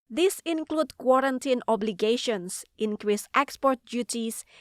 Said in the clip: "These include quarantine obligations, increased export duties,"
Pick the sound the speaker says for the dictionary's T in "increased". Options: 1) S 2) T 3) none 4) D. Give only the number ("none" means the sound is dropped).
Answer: 2